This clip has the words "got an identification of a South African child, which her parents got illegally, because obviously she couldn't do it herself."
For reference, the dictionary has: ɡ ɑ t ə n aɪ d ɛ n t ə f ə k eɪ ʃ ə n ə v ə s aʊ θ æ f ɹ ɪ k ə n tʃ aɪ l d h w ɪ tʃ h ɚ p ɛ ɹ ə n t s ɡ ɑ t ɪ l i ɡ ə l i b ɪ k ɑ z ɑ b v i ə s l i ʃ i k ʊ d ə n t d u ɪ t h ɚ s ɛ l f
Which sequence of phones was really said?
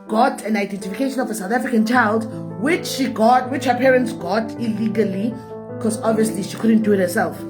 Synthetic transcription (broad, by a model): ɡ ɑ t ə n aɪ d ɛ n t ə f ə k eɪ ʃ ə n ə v ə s aʊ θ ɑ f ɹ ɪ k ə n tʃ aɪ l d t w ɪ tʃ h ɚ p ɛ ɹ ə n t s ɡ ɑ t ɪ l i ɡ ə l i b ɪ k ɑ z ɑ b v i ə s l i ʃ i k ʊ d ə n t d u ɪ t h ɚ s ɛ l f